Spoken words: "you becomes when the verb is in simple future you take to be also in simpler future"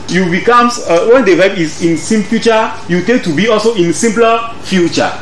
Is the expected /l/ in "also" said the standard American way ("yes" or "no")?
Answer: yes